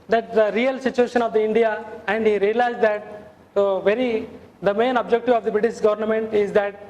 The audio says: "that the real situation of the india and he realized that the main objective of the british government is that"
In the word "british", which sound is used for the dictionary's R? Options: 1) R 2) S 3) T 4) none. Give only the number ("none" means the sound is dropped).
1